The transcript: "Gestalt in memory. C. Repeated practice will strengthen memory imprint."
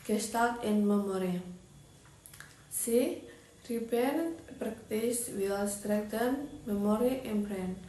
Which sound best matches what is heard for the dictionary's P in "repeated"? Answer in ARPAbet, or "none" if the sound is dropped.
B